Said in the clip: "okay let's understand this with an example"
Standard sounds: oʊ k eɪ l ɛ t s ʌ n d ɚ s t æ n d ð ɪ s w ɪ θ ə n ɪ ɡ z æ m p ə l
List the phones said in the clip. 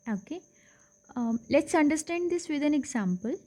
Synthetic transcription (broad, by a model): oʊ k eɪ l ɛ t s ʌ n d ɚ s t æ n d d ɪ s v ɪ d ə n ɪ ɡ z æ m p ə l